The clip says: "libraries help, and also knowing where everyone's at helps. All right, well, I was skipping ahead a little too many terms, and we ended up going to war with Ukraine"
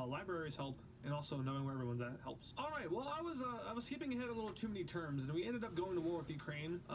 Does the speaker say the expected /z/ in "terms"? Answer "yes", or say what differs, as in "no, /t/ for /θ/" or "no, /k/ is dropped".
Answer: yes